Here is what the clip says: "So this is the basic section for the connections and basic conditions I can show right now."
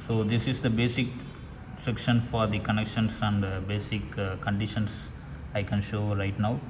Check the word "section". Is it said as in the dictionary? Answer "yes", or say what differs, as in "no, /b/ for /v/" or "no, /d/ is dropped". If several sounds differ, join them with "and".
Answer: yes